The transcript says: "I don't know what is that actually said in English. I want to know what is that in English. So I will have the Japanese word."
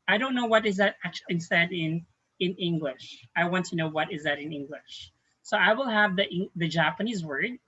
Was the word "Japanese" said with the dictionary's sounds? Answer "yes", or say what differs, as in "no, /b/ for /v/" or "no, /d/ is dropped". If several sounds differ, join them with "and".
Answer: yes